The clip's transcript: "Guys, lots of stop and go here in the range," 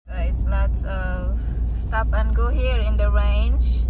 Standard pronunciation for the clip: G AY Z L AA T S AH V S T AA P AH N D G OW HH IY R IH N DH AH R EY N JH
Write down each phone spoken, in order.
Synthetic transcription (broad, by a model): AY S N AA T AH S T AA P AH N G OW HH IY R IH N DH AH R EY N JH